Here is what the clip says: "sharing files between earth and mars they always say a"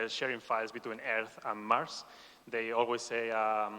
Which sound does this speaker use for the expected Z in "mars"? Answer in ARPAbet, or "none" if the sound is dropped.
S